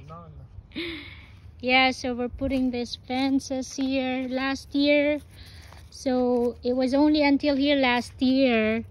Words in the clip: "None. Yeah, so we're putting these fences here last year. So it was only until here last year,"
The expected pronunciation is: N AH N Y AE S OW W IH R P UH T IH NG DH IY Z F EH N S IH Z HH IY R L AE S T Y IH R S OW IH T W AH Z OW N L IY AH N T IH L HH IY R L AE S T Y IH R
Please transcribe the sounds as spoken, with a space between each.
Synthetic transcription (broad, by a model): Y AE S OW W IH R P UH T IH NG DH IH S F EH N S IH S HH IY R L AE S T Y IH R S OW IH T W AH Z OW N L IY AH N T IH L HH IY R L AE S T Y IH R